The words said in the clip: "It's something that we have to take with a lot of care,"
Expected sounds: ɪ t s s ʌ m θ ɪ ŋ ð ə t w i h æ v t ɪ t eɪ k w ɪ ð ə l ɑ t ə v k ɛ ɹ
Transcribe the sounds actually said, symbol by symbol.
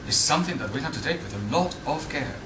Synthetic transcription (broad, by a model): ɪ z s s ʌ m θ ɪ ŋ ð ə t w i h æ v t ɪ t eɪ k w ɪ ð ə l ɑ t ə v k ɛ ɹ